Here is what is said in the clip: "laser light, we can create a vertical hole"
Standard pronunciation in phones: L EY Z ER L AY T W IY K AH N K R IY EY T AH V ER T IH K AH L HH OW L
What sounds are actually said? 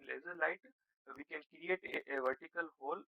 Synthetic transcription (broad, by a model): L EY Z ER L AY T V IY K AH N K R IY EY T AH V ER T IH K AH L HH OW L